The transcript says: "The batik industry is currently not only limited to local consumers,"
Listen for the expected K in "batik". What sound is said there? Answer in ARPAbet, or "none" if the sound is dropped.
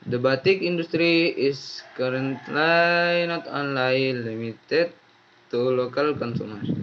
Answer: K